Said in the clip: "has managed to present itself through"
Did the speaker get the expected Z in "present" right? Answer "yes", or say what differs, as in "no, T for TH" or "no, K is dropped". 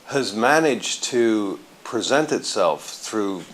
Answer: yes